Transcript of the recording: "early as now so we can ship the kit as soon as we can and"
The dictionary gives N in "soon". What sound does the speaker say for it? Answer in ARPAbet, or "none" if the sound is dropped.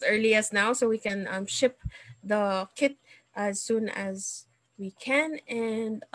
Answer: N